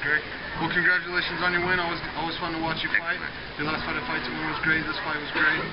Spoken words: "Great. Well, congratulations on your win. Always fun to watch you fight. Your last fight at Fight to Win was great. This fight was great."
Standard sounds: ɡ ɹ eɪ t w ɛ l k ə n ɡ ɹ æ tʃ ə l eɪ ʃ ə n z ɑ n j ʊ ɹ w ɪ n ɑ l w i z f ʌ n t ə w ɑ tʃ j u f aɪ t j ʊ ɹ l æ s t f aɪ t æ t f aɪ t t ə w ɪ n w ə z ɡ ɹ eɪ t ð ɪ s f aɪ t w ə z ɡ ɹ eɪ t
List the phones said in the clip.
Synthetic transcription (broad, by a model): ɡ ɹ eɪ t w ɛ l k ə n ɡ ɹ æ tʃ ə l eɪ ʃ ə n z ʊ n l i w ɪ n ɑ w w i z f ʌ n t ə w ɑ tʃ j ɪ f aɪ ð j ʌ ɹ l æ s t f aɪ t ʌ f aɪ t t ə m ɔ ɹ w ə z ɡ ɹ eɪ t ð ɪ s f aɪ w ə z ɡ ɹ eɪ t